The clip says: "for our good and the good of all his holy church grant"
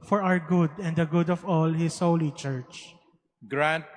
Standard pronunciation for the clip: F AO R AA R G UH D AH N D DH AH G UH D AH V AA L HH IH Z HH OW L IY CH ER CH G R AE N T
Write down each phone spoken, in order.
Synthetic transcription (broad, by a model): F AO R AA W G UH D AH N D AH G UH D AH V AA L HH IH S HH OW L IY CH ER CH G R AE N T